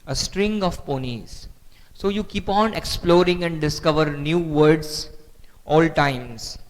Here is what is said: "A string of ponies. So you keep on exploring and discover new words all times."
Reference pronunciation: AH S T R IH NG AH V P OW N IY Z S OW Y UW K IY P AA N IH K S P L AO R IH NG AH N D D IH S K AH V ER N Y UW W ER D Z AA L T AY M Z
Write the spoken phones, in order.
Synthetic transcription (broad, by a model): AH S T R IH NG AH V P OW N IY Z S OW Y UW K IY P AA N IH K S P L AO R IH NG AH N D D IH S K AH V ER N Y UW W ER D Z AA L T AY M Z